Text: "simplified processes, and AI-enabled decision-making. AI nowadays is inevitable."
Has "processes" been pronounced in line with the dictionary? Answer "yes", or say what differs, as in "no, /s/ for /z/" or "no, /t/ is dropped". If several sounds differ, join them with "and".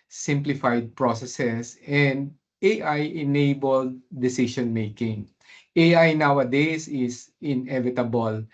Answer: no, /s/ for /z/